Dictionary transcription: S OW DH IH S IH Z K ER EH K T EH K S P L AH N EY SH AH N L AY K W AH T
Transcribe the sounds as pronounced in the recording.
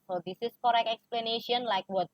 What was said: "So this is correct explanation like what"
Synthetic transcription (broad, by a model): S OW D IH S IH S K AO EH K EH K S P L AH N EY SH AH N L AY K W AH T